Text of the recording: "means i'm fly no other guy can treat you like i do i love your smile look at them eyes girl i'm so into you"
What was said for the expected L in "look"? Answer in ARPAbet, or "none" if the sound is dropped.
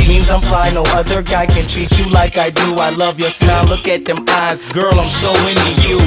L